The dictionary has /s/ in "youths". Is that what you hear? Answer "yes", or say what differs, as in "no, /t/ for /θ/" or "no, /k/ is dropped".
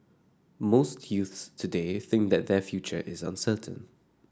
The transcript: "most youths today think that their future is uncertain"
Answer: yes